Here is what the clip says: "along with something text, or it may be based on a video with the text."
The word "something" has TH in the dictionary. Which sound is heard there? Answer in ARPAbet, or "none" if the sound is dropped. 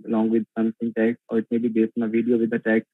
S